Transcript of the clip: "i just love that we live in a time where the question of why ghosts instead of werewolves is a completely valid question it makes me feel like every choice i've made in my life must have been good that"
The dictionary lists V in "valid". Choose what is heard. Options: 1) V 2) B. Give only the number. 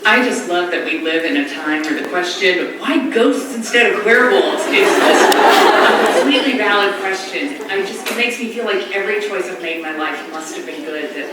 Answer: 1